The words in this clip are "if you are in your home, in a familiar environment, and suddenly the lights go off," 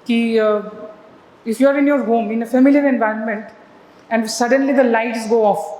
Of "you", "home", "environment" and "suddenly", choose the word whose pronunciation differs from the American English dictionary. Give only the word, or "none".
none